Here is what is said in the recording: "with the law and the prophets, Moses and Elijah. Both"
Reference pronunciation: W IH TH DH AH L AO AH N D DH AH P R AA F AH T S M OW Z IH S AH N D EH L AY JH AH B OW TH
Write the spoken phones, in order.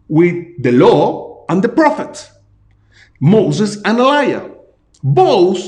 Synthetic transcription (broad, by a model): W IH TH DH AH L AO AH N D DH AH P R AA F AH T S M OW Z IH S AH N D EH L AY AH B OW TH